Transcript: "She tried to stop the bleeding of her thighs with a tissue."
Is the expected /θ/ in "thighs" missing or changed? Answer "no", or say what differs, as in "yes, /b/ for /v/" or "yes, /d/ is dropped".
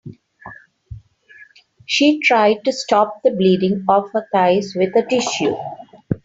yes, /t/ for /θ/